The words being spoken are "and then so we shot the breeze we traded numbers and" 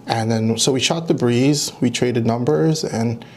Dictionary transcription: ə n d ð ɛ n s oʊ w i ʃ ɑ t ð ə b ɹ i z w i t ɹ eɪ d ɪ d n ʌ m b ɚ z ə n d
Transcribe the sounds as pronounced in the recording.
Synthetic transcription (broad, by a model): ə n ð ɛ n s oʊ w i ʃ ɑ t ð ə b ɹ i z w i t ɹ eɪ d ɪ d n ʌ m b ɚ z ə n